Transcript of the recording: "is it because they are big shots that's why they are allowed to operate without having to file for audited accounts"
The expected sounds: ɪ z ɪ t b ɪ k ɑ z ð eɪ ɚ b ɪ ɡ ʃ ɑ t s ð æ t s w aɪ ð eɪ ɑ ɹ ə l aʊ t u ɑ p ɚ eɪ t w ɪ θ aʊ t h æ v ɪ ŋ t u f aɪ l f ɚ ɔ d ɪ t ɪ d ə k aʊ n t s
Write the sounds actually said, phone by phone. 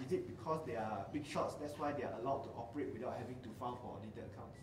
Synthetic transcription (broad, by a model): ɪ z ɪ t b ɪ k ɑ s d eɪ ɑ b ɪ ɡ ʃ ɑ t s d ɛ t s w aɪ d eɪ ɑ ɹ ə l aʊ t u ɑ p ɚ eɪ t w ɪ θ aʊ t h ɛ v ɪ ŋ t u f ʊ n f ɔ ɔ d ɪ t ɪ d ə k aʊ n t s